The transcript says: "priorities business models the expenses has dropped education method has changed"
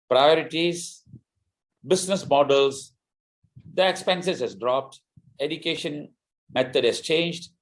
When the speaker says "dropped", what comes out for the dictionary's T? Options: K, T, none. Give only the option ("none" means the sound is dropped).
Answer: T